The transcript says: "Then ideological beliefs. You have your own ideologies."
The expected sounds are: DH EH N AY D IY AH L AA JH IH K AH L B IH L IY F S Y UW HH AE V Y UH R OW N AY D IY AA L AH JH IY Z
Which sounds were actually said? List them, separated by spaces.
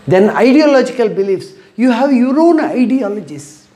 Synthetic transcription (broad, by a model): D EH N AY D IY AH L AA JH IH K AH L B IH L IY F S Y UW HH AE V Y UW R OW N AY D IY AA L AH JH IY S